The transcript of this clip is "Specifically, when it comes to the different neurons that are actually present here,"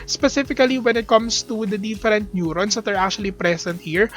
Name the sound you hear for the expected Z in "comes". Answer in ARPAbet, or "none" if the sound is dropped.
S